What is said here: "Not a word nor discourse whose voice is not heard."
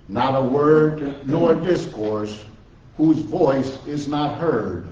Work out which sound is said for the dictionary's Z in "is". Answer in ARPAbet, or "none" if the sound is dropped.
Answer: Z